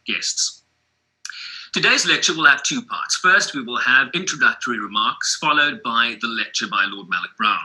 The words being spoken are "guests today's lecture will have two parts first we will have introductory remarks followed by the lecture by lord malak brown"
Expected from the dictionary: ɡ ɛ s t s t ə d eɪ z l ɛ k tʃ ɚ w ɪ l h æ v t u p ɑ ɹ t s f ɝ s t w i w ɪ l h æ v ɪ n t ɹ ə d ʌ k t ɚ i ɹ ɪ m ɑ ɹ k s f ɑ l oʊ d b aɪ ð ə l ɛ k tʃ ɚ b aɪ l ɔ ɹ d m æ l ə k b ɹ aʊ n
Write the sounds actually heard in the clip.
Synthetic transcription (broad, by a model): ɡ ɛ s t s t ə d eɪ z l ɛ k tʃ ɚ w ɪ l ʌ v t u p ɑ ɹ t s f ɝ s t w i w ɪ l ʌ v ɪ n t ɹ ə d ʌ k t ɚ i ɹ ɪ m ɑ ɹ k s f ɑ l oʊ d b aɪ ð ə l ɛ k tʃ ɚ b aɪ l ɔ d m æ l ə k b ɹ aʊ n